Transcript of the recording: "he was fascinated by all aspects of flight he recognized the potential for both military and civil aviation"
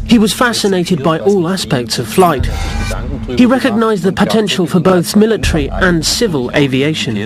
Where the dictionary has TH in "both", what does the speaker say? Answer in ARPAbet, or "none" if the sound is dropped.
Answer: TH